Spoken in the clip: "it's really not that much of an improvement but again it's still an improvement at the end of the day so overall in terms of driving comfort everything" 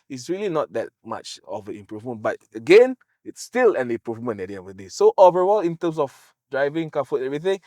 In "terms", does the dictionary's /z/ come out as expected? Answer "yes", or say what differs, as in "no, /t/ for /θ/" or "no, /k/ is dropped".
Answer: no, /s/ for /z/